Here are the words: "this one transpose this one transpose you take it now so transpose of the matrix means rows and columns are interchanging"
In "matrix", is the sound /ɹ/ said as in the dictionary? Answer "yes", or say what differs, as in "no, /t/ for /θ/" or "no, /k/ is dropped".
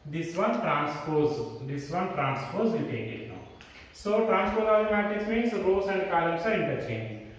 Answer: no, /ɹ/ is dropped